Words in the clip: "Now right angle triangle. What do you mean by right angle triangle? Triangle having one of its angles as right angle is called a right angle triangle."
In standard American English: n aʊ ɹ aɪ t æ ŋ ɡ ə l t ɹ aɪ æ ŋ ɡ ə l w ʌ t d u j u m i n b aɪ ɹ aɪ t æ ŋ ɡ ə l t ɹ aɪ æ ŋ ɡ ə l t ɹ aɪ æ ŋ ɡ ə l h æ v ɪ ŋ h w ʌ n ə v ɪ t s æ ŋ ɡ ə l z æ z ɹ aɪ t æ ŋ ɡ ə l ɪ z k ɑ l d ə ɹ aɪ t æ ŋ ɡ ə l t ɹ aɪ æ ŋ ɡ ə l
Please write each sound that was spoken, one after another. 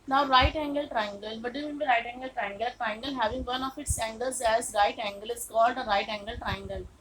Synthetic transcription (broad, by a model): n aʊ ɹ aɪ t æ ŋ ɡ ə l t ɹ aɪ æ ŋ ɡ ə l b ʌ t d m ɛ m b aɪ ɹ aɪ t æ ŋ ɡ ə l t ɹ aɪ ŋ ɡ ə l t ɹ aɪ ŋ ɡ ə l h æ v ɪ ŋ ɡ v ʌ n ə f ɪ t s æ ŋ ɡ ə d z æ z ɹ aɪ t æ ŋ ɡ ə l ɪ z k ɑ l d ə ɹ aɪ t æ ŋ ɡ ə l t ɹ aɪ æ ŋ ɡ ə l